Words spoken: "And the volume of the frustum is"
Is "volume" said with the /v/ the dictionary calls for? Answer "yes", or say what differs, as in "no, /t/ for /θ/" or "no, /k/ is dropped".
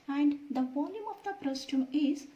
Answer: no, /p/ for /v/